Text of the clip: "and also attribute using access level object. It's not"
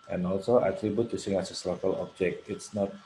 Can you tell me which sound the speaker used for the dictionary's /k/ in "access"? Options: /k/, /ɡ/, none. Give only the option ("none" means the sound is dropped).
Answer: none